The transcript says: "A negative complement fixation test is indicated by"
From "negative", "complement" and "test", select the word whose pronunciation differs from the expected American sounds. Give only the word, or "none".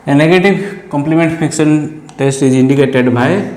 negative